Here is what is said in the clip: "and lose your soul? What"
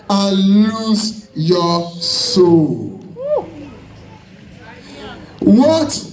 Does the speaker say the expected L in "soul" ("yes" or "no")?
yes